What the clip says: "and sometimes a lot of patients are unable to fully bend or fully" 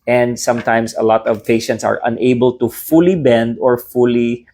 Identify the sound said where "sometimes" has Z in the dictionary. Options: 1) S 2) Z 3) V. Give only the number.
1